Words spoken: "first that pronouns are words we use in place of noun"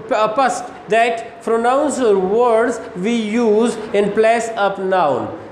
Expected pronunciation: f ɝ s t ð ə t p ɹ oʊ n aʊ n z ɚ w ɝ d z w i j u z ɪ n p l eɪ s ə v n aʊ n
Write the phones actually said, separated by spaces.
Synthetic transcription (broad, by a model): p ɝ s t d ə t p ɹ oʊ n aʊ n s ɚ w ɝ d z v i j u z ɪ n p l eɪ s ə p n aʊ n